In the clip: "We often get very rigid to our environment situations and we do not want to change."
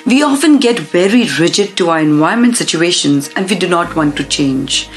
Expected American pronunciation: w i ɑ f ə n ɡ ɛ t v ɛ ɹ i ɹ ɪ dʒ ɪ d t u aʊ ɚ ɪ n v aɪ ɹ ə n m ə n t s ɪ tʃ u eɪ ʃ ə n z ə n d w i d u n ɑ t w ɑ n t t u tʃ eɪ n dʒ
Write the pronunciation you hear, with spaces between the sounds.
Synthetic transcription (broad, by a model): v i ɑ f ə n ɡ ɛ t v ɛ ɹ i ɹ ɪ dʒ ɪ d t u aʊ ɚ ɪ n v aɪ ə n m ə n t s ɪ tʃ u eɪ ʃ ə n z ə n d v i d u n ɑ t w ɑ n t t u tʃ eɪ n dʒ